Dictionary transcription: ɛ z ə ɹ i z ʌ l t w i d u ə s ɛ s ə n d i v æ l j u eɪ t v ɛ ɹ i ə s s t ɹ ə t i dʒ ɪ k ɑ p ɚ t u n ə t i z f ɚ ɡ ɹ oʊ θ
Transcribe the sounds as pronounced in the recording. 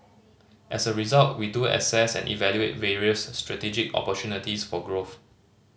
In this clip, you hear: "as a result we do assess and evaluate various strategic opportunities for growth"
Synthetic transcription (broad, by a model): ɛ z ə ɹ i z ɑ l t w i d u ə s ɛ s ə n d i v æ l j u eɪ t v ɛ ɹ i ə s s t ɹ ə t i dʒ ɪ k ɑ p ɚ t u n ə t i s f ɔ ɡ ɹ oʊ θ